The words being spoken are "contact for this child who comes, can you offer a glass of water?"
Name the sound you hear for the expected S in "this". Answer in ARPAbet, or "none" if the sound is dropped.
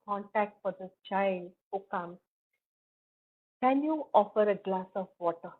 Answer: none